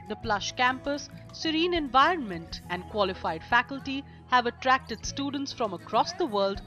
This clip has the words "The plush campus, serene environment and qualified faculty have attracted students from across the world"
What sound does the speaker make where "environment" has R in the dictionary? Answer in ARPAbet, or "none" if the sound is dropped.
R